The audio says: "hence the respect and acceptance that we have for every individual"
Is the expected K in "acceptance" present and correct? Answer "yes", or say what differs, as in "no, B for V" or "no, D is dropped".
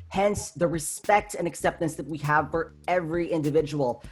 yes